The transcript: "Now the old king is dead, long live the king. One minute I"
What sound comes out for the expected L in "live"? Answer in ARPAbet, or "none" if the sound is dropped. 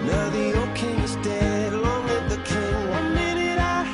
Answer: W